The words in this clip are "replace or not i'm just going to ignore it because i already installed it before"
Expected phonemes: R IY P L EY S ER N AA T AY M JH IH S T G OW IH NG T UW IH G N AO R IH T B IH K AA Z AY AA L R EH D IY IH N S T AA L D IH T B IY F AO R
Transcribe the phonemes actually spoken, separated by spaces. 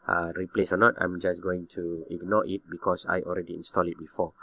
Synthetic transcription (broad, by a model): R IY P L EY S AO N AA T AY M JH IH S G OW IH NG T UW IH G N AO R IH T B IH K AA S AY AA L R EH D IY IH N S T AA L IH T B IY F AO